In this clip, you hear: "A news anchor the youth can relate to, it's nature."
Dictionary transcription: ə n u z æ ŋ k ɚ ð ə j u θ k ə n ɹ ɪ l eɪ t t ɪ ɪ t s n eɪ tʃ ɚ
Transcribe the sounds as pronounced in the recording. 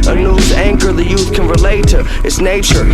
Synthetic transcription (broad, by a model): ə n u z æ ŋ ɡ ɚ ð ə j u θ k ə n ɹ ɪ l eɪ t t ɪ ɪ t s n eɪ tʃ ɚ